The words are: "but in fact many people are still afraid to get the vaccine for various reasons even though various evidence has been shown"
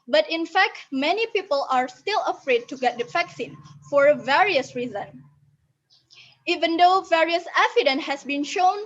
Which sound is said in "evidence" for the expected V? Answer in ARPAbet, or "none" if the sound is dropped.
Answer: F